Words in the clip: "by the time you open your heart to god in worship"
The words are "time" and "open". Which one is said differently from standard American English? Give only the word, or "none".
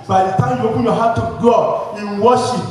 open